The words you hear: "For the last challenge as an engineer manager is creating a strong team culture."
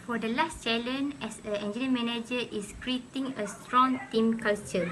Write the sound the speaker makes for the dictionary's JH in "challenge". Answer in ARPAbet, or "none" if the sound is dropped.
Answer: none